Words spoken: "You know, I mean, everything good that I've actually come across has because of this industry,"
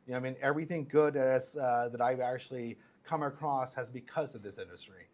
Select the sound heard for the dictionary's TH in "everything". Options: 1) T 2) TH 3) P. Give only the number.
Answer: 2